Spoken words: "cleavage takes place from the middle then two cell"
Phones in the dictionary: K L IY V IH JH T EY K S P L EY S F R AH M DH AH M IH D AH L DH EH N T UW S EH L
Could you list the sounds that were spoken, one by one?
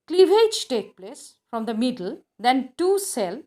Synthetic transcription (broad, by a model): K L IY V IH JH T EY K P L EY S F R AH M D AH M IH D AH L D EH N T UW S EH L